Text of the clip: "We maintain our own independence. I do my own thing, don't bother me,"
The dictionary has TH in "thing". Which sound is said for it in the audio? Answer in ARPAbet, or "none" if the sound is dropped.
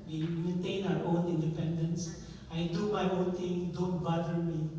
T